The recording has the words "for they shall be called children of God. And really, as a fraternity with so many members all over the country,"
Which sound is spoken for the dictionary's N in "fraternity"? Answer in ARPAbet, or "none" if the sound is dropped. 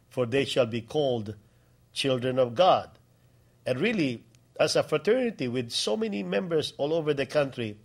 N